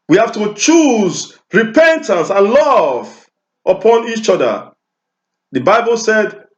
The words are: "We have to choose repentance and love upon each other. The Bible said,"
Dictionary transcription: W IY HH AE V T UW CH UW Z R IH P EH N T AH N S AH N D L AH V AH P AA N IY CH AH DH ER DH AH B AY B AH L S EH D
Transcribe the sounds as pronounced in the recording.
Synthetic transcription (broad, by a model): W IY HH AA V T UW CH UW Z R IH P EH N T AH N S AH N L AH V AH P AA N IY CH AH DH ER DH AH B AY B AH L S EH D